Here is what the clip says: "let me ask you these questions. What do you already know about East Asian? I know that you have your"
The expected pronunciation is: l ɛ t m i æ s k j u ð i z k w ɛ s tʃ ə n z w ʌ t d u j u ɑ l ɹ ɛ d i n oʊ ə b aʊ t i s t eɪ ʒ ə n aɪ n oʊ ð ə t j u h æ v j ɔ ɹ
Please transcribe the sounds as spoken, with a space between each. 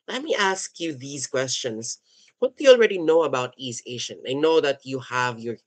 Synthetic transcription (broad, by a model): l ɛ t m i æ s k j u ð i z k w ɛ s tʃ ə n s w ʌ t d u j u ɑ l ɹ ɛ d i n oʊ ə b aʊ t i s t eɪ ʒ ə n aɪ n oʊ ð ə t j u h æ v j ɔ ɹ